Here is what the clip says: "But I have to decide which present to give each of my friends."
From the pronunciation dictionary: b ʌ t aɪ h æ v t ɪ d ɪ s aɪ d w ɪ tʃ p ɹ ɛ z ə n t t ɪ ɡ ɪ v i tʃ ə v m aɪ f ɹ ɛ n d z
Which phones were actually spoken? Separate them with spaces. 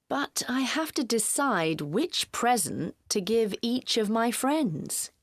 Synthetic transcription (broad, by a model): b ʌ t aɪ h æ f t ɪ d ɪ s aɪ d w ɪ tʃ p ɹ ɛ z ə n t t ɪ ɡ ɪ v i tʃ ə v m aɪ f ɹ ɛ n d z